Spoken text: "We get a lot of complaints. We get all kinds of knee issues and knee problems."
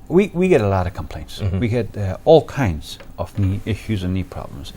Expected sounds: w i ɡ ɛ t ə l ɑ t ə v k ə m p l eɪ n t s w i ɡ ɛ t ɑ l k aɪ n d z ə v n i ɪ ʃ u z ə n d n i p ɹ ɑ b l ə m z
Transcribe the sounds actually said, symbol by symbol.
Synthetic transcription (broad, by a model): w i ɡ ɛ t ə l ɑ t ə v k ə m p l eɪ n t s w i ɡ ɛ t ɑ l k aɪ n d z ə v n i ɪ ʃ u z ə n n i p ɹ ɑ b l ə m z